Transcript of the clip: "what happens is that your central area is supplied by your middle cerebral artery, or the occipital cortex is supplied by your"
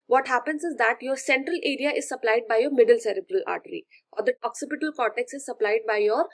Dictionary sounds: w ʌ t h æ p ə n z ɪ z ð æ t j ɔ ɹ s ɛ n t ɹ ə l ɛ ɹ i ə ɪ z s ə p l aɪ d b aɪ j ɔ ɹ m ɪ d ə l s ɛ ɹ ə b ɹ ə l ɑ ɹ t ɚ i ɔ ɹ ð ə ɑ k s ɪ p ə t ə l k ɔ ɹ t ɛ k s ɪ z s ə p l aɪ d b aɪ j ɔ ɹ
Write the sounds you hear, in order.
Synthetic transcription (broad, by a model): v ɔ t h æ p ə n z ɪ z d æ t j ɔ ɹ s ɛ n t ɹ ə l ɛ ɹ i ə ɪ z s ə p l aɪ d b aɪ j ɔ ɹ m ɪ d ə l s ɛ ɹ ə b ɹ ə l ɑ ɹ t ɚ i ɔ ɹ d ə ɑ k s ɪ p ə t ə l k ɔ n t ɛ k s ɪ z s ə p l aɪ d b aɪ j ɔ ɹ